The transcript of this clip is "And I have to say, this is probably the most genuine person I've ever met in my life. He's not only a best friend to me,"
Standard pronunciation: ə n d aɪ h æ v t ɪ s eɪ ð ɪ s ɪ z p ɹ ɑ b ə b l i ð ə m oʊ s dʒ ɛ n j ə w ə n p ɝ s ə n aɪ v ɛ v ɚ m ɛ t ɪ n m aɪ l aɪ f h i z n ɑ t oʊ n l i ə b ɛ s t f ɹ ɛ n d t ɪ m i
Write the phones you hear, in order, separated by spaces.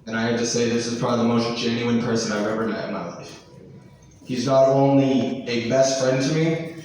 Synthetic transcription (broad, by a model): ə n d aɪ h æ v t ɪ s eɪ ð ɪ s ɪ z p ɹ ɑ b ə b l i ð ə m oʊ s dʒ ɛ n j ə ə n p ɝ s ə n aɪ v ɛ v ɚ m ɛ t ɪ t m aɪ l aɪ f h i z n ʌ t oʊ n l i ə b ɛ s t f ɹ ɛ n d t ɪ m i